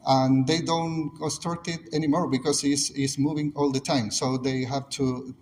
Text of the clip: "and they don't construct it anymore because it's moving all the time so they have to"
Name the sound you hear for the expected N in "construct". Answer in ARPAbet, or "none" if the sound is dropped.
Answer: none